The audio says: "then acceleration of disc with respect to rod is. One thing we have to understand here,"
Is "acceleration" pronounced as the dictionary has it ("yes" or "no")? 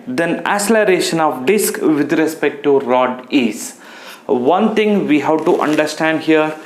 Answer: no